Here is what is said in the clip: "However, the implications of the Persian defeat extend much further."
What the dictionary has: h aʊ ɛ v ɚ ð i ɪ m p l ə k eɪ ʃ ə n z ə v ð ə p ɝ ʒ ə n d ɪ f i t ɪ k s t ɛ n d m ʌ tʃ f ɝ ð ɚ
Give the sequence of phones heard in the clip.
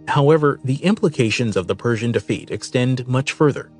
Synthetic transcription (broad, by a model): h aʊ ɛ v ɚ ð i ɪ m p l ə k eɪ ʃ ə n z ə v ð ə p ɝ ʒ ə n d ɪ f i t ɪ k s t ɛ n d m ʌ tʃ f ɝ ð ɚ